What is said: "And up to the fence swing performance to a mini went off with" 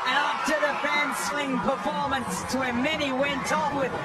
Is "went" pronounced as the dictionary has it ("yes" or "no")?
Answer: yes